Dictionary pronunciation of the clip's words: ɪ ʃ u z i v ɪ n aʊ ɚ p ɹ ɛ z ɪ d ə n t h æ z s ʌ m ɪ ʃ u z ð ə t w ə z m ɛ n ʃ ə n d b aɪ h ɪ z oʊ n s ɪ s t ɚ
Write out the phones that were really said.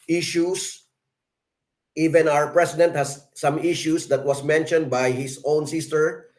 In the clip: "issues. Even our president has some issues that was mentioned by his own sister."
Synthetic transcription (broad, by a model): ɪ ʃ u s i v ɪ n aʊ ɚ p ɹ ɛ s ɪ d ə n t h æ s ʌ m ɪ ʃ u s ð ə t w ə s m ɛ n ʃ ə n d b aɪ h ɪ s oʊ n s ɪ s t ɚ